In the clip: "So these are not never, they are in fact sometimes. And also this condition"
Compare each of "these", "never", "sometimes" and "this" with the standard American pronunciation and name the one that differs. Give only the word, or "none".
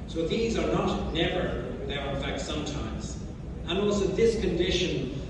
none